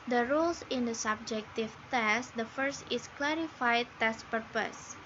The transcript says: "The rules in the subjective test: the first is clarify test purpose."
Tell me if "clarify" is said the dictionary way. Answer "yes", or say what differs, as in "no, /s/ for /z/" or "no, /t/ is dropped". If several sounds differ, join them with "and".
yes